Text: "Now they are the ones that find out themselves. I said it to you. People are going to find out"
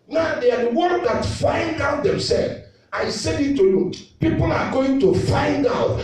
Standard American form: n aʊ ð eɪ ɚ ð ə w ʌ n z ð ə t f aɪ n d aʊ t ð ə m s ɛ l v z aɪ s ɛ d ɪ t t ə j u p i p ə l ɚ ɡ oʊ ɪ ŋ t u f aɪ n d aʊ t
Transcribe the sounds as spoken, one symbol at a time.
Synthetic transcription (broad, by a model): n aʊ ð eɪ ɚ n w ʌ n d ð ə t f aɪ n d aʊ t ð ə m s ɛ l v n s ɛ ɪ t t ə j u p i p ə l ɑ ɡ oʊ ɪ ŋ t u f aɪ n d aʊ t